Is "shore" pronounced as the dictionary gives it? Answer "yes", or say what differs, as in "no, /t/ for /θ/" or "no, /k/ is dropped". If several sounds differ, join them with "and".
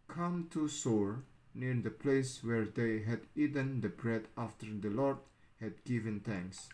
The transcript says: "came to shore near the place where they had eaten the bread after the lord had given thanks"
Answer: no, /s/ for /ʃ/